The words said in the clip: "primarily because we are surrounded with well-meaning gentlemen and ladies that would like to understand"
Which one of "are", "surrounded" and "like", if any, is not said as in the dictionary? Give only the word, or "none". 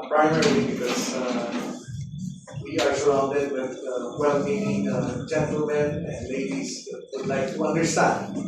surrounded